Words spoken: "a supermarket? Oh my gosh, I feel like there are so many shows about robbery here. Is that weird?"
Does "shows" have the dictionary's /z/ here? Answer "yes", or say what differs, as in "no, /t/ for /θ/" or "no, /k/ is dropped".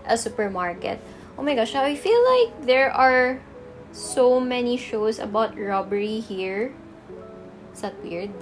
no, /s/ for /z/